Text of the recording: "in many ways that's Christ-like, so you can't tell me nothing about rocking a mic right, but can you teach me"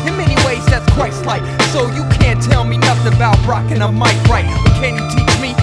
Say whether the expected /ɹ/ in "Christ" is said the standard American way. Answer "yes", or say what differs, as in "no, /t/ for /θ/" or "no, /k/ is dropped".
no, /w/ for /ɹ/